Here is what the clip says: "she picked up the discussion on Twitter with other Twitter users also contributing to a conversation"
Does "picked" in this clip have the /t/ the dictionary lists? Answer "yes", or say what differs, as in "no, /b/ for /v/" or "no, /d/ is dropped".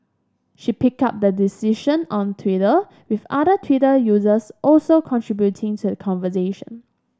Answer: no, /t/ is dropped